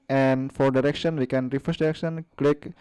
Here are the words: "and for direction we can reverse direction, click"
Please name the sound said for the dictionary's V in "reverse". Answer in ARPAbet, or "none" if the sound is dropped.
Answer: F